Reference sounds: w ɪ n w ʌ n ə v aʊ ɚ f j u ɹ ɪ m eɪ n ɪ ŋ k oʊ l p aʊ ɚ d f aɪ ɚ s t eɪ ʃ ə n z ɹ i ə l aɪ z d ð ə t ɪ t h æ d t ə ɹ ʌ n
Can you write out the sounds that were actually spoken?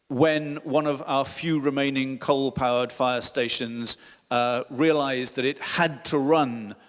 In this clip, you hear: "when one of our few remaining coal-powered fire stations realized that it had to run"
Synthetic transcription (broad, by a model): w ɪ n w ʌ n ə v aʊ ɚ f j u ɹ ɪ m eɪ n ɪ ŋ k oʊ l p aʊ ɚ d f aɪ ɚ s t eɪ ʃ ə n z ɹ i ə l aɪ z ð ə t ɪ t h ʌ d t ə ɹ ʌ n